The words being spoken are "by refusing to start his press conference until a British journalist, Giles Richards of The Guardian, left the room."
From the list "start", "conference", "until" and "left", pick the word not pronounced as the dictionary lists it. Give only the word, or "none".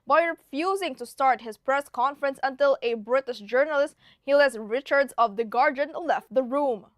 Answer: none